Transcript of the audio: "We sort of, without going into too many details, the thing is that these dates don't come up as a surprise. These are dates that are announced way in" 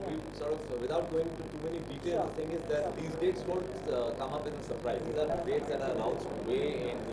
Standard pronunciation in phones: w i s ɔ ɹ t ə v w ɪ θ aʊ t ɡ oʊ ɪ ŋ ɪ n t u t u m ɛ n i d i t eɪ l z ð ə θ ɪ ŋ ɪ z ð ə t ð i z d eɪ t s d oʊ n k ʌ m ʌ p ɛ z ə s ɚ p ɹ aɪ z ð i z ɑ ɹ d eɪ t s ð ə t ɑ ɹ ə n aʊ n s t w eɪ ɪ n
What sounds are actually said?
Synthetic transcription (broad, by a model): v i s ɔ ɹ t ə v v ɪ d aʊ t ɡ oʊ ɪ ŋ ɪ n t u t u m ɛ n i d i t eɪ l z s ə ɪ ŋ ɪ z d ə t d i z d eɪ t s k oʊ l k ʌ m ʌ p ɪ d ə s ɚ p ɹ aɪ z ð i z ɑ ɹ d eɪ t s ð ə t ɑ ɹ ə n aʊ n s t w eɪ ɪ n